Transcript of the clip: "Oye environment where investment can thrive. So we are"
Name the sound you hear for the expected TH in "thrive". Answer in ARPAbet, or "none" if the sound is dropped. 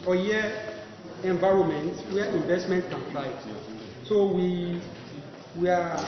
F